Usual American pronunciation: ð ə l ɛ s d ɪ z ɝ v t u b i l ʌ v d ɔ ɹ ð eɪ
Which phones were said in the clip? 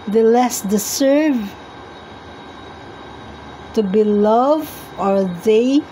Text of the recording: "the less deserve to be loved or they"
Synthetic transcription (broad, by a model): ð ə l ɛ s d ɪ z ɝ v t u b i l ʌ v ɔ ɹ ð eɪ